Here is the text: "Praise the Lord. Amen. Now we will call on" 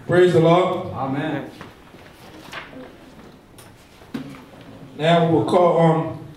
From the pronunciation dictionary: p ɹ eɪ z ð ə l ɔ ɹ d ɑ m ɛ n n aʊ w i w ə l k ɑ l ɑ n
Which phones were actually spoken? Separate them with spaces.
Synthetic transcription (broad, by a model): p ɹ eɪ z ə l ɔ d ɑ m ɛ n n aʊ w i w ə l k ɑ l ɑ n